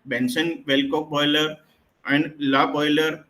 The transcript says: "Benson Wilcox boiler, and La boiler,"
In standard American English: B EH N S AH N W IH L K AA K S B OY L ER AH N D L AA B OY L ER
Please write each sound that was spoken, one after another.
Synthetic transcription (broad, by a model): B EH N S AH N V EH L K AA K B OY L ER AH N D L AA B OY L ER